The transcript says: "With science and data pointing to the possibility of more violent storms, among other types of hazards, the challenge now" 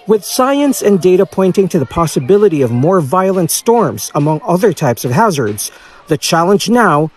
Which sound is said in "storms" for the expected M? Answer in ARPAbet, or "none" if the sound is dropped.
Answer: M